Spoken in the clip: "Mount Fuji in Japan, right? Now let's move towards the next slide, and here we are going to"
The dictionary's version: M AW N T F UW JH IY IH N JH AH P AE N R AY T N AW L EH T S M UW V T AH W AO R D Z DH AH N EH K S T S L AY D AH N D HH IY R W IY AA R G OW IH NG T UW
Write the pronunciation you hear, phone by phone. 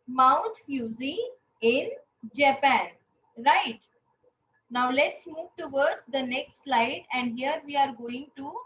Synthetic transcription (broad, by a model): M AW N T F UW Z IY IH N JH AH P AE N R AY T N AW L EH T S M UW V T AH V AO R D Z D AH N EH K S T S L AY D AH N D HH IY R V IY AA R G OW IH NG T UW